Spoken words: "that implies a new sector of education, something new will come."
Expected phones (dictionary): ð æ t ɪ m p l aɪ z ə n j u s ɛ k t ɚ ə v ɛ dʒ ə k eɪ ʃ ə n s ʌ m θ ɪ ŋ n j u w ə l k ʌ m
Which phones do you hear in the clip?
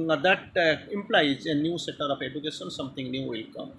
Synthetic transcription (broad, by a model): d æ t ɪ m p l aɪ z ə n j u s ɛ t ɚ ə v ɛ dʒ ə k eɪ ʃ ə n s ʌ m t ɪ ŋ n j u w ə l k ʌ m